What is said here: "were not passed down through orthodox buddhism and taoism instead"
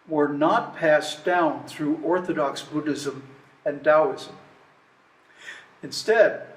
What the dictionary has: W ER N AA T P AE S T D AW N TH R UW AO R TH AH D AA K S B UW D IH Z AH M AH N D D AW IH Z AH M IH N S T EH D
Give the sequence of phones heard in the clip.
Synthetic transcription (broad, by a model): W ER N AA T P AE S D AW N TH R UW AO R TH AH D AA K S B UW D IH Z AH M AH N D D AW IH Z AH M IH N S T EH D